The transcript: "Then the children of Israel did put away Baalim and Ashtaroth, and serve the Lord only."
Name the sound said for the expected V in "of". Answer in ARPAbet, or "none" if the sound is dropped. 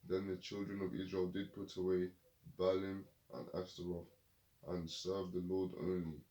V